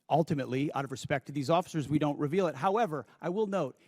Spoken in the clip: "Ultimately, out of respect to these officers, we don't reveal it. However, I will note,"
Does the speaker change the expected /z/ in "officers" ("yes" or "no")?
no